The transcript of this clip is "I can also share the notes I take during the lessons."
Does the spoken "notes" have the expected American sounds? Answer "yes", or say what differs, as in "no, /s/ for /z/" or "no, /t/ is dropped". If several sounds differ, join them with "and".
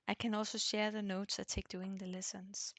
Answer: yes